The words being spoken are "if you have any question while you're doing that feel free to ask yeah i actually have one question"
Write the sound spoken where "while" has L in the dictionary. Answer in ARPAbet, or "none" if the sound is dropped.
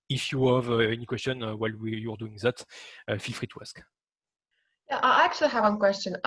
W